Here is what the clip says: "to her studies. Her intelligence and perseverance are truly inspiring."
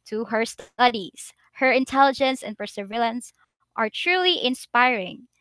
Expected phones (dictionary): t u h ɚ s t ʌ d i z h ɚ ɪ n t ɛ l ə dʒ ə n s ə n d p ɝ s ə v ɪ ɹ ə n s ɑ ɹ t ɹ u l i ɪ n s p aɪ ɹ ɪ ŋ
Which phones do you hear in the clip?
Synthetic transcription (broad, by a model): t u h ɚ s t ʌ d i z h ɚ ɪ n t ɛ l ə dʒ ə n s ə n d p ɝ s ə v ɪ l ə n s ɑ ɹ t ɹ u l i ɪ n s p aɪ ɹ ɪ ŋ